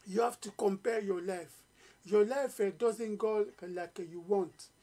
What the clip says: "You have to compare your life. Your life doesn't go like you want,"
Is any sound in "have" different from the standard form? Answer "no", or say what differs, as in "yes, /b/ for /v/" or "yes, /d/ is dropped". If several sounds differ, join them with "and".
yes, /f/ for /v/